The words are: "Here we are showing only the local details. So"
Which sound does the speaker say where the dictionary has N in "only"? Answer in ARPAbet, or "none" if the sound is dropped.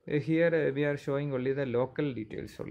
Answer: none